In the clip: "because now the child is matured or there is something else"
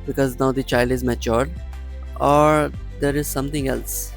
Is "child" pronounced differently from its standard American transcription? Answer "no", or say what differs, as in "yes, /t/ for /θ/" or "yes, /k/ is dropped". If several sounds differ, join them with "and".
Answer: no